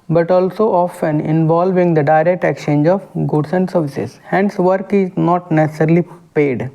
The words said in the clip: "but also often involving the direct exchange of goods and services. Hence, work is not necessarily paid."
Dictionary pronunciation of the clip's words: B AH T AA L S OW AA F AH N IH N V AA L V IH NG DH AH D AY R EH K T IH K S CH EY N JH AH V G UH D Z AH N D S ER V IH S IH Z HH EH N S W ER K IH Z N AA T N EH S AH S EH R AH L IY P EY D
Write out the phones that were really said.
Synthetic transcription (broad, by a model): B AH T AA L S OW AA F AH N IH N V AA L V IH NG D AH D AY R EH K T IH K CH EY N JH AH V G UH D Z AH N D S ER V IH S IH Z HH EH N S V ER K IH Z N AA T N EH S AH S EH R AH L IY P EY D